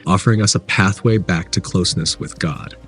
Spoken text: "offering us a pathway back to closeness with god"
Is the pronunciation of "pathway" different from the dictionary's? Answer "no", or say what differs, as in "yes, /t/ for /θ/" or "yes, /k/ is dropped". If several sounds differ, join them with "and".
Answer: no